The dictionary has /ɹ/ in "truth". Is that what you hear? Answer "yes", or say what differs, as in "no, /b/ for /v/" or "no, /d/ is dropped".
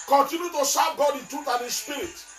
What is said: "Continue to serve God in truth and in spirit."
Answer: no, /ɹ/ is dropped